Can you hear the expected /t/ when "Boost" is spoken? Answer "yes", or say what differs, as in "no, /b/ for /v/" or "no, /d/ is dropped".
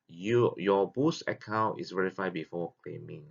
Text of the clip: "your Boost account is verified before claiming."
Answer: no, /t/ is dropped